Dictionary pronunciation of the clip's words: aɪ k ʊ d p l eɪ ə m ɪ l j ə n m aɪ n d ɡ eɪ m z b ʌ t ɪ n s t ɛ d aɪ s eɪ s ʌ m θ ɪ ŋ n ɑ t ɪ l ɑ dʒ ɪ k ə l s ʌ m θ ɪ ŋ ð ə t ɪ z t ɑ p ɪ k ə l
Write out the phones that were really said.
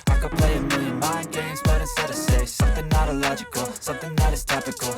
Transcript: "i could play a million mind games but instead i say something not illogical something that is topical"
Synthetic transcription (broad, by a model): aɪ k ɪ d p l eɪ ə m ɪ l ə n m aɪ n ɡ eɪ m z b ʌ t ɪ s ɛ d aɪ s eɪ s ʌ m θ ɪ ŋ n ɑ t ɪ l ɑ dʒ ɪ k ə l s ʌ m θ ɪ ŋ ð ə t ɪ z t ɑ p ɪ k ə l